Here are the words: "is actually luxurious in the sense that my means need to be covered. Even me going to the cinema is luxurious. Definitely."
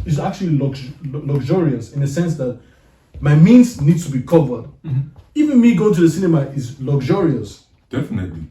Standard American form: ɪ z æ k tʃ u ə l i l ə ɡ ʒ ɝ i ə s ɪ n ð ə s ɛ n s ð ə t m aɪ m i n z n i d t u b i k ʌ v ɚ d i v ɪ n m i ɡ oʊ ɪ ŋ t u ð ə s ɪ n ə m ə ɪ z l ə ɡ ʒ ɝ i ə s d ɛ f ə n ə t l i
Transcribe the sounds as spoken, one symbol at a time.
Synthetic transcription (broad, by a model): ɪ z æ k tʃ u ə l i l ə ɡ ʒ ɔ i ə s ɪ n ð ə s ɛ n s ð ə t m aɪ m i n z n i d t u b i k ʌ v ɚ d i v ɪ n m i ɡ oʊ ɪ t u ð ə s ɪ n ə m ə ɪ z l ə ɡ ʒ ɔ i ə s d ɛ f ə n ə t l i